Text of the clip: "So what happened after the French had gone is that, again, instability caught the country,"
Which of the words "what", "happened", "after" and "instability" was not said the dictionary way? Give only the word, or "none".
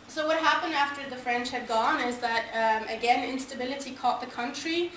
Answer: none